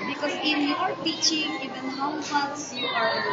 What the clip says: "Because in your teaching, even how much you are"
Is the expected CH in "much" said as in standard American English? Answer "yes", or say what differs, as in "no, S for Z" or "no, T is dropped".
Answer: no, S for CH